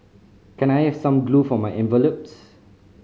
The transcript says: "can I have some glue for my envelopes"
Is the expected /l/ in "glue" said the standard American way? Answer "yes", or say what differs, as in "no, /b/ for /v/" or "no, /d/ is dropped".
yes